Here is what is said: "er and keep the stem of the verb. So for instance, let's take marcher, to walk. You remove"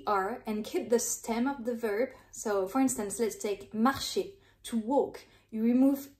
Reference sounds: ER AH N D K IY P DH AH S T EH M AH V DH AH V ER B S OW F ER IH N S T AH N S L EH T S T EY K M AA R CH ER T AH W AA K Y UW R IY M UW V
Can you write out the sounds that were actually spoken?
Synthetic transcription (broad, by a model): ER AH N K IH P DH AH S T EH M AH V DH AH V ER B S OW F ER IH N S T AH N S L EH T S T EY K M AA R SH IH T AH W AA K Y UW R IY M UW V